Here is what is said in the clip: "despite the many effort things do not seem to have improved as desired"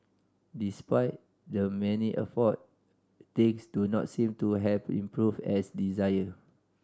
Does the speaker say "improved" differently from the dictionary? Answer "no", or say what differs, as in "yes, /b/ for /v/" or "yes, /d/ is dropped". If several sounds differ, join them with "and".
yes, /d/ is dropped